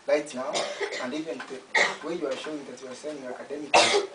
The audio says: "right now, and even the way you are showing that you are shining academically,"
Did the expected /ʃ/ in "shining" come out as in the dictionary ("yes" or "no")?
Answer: no